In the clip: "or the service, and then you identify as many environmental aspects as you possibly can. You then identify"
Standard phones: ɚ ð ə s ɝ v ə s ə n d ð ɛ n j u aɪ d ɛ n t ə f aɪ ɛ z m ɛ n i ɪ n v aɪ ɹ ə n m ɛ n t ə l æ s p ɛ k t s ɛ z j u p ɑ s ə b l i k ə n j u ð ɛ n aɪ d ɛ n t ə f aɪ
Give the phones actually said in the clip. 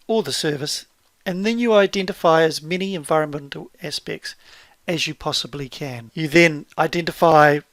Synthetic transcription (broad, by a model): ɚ ð ə s ɝ v ə s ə n ð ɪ n j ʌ aɪ d ɛ n t ə f aɪ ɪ z m ɛ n i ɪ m v aɪ ɹ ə n m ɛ n t l æ s p ɛ k t s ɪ z j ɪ p ɑ s ə b l i k ə n j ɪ ð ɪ n aɪ d ɛ n t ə f aɪ